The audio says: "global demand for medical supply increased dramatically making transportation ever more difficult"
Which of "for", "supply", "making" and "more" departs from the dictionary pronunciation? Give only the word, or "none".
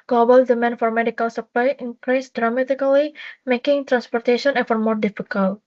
none